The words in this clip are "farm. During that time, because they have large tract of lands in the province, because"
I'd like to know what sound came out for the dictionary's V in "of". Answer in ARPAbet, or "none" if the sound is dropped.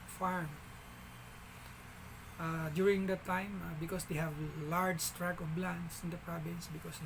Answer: B